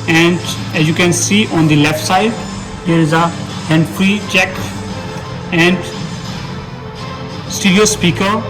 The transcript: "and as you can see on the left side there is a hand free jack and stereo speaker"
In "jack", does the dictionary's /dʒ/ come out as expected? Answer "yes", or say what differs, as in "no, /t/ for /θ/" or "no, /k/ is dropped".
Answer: no, /tʃ/ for /dʒ/